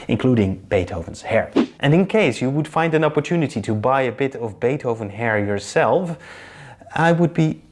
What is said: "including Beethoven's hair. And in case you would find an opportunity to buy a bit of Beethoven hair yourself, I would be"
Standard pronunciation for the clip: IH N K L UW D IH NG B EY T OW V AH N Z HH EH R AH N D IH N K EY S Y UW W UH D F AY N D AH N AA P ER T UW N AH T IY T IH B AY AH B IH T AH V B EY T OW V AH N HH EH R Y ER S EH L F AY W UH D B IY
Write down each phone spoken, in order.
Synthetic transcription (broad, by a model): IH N K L UW D IH NG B EY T OW V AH N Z HH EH R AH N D IH N K EY S Y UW W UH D F AY N D AH N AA P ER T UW N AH T IY T IH B AY AH B IH T AH V B EY T OW V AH N HH EH R Y ER S EH L F AY W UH D B IY